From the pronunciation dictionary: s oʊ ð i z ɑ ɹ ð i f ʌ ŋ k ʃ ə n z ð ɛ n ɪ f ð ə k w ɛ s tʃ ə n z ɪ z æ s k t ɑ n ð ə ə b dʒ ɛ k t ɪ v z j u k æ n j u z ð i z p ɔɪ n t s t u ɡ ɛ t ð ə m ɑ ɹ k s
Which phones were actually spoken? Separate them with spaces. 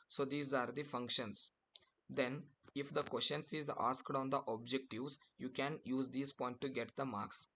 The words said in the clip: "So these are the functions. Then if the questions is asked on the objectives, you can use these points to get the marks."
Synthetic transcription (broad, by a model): s oʊ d i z ɑ ɹ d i f ʌ ŋ k ʃ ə n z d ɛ n ɪ f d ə k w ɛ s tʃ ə n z ɪ z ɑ s k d ɑ n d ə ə b dʒ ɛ k t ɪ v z j u k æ n j u z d i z p ɔɪ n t t u ɡ ɛ t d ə m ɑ ɹ k s